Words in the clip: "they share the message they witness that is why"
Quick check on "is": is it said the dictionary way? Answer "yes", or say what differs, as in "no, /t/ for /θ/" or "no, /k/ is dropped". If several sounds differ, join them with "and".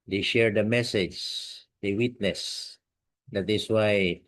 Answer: no, /s/ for /z/